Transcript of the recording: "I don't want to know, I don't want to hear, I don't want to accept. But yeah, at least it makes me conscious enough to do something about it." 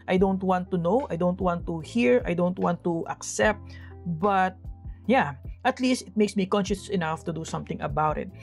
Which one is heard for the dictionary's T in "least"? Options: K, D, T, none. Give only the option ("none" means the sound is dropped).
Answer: T